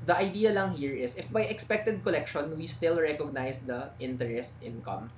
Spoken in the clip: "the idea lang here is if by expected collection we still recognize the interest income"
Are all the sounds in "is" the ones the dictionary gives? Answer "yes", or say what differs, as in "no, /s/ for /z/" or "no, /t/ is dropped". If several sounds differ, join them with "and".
no, /s/ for /z/